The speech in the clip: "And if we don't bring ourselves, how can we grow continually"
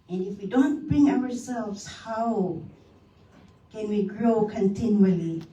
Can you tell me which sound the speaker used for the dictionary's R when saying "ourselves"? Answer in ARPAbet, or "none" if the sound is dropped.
W